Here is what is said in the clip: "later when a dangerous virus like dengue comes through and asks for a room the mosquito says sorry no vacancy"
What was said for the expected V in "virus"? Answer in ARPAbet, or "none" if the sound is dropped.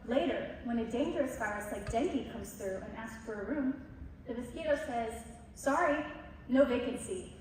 F